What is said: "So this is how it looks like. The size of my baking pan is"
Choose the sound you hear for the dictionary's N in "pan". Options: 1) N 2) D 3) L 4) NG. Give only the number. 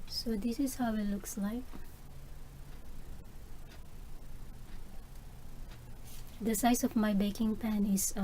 1